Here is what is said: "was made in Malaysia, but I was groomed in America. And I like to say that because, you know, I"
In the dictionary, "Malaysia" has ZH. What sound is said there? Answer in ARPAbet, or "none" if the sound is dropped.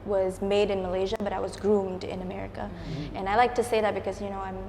ZH